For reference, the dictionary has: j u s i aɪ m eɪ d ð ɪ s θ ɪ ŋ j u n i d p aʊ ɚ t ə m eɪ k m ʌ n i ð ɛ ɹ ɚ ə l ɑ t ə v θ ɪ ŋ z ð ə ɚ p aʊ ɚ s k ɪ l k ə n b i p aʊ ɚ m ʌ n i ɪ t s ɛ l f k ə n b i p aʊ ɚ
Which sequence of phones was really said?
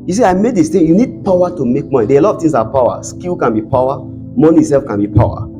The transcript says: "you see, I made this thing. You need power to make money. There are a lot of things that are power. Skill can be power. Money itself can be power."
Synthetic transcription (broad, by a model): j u s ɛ aɪ m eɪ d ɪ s t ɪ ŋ j u n i d p aʊ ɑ t ə m eɪ k m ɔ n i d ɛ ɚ ə l ɑ t ə v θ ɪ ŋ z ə p aʊ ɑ s k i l k ə n b i p aʊ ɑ m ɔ n i s ɛ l f k ə n b i p aʊ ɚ